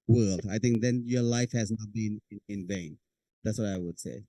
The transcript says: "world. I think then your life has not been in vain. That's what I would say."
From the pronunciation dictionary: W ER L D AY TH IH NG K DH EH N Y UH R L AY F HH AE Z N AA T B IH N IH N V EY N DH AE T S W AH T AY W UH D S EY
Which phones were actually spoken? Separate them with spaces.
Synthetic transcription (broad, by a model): W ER L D AY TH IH NG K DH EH N Y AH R L AY F HH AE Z N AA T B IH N IH N V EY N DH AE T S W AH T AY W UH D S EY